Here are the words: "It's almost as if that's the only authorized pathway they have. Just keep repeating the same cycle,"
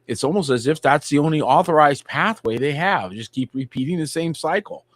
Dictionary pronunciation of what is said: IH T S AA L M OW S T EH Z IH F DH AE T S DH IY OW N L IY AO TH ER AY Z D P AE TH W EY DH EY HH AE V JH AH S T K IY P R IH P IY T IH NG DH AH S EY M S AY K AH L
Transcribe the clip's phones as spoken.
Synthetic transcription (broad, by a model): IH T S AA L M OW S T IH Z IH F DH AE T S DH IY OW N L IY AO TH ER AY Z D P AE TH W EY DH EY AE V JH AH S K IY P R IH P IY T IH NG DH AH S EY M S AY K L